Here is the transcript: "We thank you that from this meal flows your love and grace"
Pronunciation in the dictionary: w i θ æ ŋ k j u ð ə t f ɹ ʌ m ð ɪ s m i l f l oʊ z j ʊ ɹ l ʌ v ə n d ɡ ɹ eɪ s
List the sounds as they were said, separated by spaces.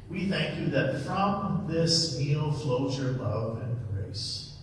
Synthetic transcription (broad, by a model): w i θ æ ŋ k j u ð ə t f ɹ ʌ m ð ɪ s m i l f l oʊ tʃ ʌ ɹ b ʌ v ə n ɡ ɹ eɪ s